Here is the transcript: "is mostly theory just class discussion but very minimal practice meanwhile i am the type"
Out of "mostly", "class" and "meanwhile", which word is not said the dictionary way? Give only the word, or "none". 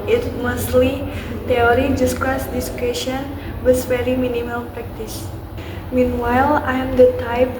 class